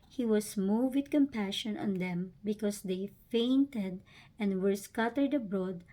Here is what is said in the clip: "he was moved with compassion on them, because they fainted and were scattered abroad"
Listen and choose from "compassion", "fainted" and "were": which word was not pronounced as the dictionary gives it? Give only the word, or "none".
none